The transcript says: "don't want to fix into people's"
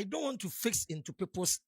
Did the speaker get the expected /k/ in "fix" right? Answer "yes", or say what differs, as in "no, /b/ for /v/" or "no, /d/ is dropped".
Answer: yes